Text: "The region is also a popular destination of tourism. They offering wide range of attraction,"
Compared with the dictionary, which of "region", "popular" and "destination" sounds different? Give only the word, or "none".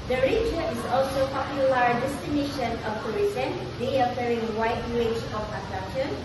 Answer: region